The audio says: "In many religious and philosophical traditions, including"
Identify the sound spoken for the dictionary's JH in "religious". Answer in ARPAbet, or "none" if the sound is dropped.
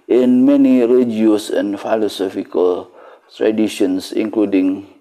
none